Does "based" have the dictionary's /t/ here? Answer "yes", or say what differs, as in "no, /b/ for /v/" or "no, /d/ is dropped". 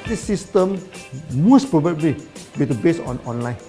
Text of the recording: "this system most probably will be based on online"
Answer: no, /t/ is dropped